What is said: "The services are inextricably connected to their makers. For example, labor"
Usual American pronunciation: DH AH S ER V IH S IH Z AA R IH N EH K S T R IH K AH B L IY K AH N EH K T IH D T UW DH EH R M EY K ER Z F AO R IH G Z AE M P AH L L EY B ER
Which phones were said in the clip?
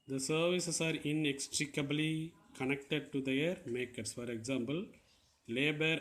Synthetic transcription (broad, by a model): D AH S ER V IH S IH S AA R IH N EH K S T R IH K AH B L IY K AH N EH K T IH D T UW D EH R M EY K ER S F AO R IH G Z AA M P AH L L EY B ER